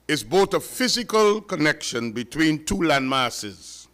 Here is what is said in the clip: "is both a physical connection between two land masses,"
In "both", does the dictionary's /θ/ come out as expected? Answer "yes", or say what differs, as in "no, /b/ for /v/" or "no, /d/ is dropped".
no, /t/ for /θ/